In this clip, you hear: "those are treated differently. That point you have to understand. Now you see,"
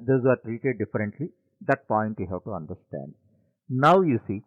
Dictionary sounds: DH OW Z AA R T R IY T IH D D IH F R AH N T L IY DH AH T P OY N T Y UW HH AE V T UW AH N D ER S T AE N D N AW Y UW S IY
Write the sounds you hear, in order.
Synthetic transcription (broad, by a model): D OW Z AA R T R IY T IH D D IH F R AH N T L IY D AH T P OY N T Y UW HH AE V T UW AH N D ER S T AE N D N AW Y UW S IY